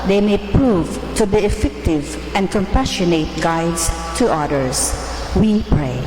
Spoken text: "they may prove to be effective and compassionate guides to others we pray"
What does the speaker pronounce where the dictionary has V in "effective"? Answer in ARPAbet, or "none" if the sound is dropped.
V